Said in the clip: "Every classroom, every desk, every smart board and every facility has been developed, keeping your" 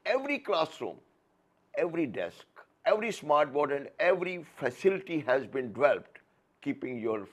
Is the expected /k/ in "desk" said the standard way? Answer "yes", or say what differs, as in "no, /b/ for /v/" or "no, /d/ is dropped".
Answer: yes